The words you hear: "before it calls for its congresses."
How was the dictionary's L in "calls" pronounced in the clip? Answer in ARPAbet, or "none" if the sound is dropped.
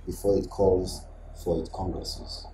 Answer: L